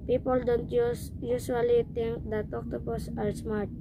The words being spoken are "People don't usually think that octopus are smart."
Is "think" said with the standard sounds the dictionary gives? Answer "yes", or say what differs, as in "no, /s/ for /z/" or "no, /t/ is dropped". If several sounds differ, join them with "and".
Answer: no, /t/ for /θ/